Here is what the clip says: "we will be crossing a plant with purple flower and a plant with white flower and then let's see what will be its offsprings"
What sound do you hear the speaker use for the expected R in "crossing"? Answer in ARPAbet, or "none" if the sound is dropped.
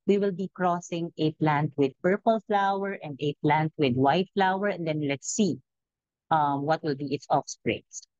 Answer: R